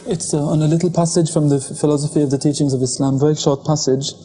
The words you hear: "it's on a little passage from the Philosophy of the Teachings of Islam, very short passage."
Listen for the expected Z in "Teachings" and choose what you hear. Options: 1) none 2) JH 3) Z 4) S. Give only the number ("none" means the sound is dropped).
3